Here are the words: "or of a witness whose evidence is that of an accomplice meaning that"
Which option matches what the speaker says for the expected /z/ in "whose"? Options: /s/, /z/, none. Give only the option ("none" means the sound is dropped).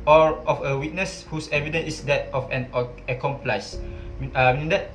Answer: /s/